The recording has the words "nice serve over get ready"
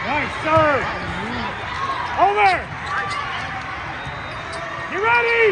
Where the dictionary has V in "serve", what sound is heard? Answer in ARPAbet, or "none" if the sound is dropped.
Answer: none